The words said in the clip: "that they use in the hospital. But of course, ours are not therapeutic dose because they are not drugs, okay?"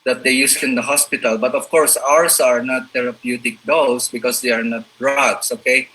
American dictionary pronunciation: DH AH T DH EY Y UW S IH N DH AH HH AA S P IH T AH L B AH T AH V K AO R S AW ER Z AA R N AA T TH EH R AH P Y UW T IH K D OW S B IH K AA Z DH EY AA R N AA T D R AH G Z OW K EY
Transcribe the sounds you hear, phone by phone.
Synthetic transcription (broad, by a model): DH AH T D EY Y UW S IH N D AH HH AA S P IH T AH L B AH T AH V K AO R S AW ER S AA R N AA T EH R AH P Y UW T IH K D OW S B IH K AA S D EY AA R N AA T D R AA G S OW K EY